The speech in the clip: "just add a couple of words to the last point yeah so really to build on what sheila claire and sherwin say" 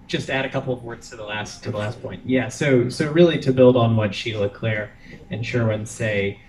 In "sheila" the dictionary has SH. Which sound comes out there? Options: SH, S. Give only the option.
SH